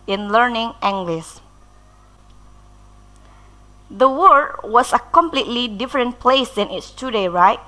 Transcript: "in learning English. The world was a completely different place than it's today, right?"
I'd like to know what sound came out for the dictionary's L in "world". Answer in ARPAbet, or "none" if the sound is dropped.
none